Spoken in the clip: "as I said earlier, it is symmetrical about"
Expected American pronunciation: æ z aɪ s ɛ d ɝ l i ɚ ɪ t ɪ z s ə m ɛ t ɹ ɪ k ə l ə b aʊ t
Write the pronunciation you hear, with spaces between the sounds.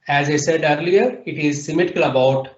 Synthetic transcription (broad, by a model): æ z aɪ s ɛ d ɝ l i ɚ ɪ t ɪ z s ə m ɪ t ɪ k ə l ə b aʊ t